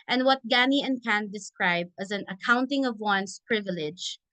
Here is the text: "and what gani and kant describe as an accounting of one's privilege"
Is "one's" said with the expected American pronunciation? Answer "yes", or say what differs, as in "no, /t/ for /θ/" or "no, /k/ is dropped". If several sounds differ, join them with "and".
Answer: no, /s/ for /z/